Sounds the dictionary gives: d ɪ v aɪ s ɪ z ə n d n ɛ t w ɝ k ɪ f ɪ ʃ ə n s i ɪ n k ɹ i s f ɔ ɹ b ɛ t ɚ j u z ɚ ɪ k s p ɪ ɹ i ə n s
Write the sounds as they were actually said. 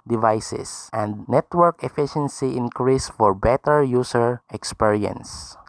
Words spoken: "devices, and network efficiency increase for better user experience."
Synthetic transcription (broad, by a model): d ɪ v aɪ s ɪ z ə n d n ɛ t w ɝ k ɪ f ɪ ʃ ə n s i ɪ n k ɹ i s f ɔ ɹ b ɛ t ɚ j u s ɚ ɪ k s p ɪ ɹ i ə n s